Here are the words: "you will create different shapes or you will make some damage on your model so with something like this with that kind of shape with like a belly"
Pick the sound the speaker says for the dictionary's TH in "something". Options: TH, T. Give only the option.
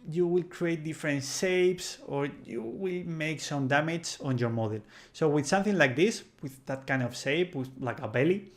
TH